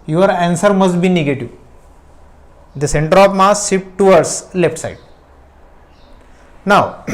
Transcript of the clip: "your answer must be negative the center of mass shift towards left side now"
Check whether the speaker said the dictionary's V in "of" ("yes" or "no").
no